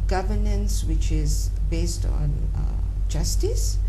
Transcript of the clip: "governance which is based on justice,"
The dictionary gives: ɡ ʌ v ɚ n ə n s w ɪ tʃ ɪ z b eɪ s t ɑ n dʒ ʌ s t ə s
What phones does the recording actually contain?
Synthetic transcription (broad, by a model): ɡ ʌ v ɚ n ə n s w ɪ tʃ ɪ z b eɪ s t ɑ n dʒ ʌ s t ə s